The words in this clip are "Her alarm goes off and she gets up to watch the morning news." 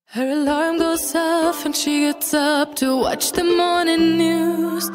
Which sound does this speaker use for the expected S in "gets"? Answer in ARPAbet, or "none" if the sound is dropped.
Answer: S